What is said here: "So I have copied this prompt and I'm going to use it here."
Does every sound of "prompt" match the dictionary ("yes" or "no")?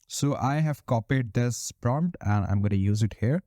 yes